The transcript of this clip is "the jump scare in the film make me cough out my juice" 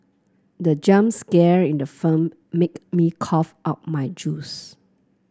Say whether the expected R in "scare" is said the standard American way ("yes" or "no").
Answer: yes